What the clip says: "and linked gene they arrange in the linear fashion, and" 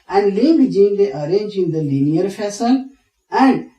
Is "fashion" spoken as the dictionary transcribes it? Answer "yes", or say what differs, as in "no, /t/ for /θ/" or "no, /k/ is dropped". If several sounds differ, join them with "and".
no, /s/ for /ʃ/ and /l/ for /n/